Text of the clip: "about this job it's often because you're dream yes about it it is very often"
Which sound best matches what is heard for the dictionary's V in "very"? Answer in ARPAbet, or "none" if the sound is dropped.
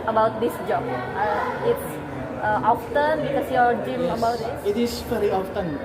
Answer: P